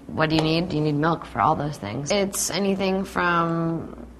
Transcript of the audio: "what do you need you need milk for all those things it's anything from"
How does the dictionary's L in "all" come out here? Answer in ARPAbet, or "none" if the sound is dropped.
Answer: L